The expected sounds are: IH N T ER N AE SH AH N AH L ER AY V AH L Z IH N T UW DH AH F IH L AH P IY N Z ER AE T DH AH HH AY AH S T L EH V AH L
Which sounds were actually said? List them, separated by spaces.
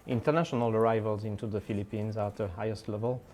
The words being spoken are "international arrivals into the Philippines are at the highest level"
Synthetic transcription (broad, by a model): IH N T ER N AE SH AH N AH L ER AY V AH L Z IH N T UW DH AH F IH L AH P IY N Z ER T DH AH HH AY AH S T L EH V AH L